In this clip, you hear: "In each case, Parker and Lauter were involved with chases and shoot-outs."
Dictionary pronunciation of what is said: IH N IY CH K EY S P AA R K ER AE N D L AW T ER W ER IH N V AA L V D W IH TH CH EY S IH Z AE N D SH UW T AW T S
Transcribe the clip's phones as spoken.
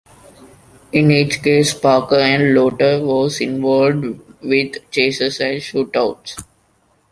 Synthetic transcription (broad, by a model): IH N IY CH K EY S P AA K ER AE N D L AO T ER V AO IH N V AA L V D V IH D CH EY S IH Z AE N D SH UW T AW T S